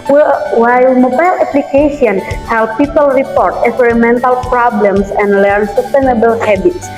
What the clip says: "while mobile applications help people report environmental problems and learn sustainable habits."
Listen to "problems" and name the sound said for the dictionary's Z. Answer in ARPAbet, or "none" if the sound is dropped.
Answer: S